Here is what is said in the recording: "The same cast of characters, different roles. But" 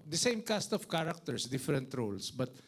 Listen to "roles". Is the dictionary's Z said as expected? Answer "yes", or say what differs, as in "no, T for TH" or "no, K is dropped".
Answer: no, S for Z